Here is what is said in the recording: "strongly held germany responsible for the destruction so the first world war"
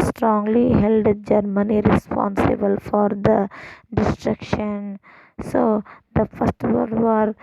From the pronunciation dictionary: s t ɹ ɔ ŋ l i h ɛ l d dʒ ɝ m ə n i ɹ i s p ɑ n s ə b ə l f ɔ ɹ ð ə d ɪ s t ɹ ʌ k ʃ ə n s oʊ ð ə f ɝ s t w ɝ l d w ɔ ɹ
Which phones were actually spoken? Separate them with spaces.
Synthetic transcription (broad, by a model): s t ɹ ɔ ŋ l i h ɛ l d dʒ ɝ m ə n i ɹ i s p ɑ n s ə b ə l f ɔ ɹ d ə d ɪ s t ɹ ʌ k ʃ ə n s oʊ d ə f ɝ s t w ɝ d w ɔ ɹ